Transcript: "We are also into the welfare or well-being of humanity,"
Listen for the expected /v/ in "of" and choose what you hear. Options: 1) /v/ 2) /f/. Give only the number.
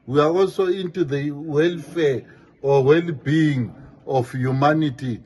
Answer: 2